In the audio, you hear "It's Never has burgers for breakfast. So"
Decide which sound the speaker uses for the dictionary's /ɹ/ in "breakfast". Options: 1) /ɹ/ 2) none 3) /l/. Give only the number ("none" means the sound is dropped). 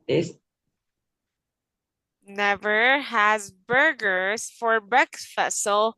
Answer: 2